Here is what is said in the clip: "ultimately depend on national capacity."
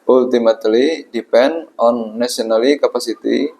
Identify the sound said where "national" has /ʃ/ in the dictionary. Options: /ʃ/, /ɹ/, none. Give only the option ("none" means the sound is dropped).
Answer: none